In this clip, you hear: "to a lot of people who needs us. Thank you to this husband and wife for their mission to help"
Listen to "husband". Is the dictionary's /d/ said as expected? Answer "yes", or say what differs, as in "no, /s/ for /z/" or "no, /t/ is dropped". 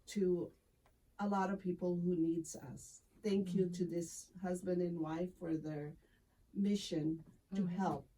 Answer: yes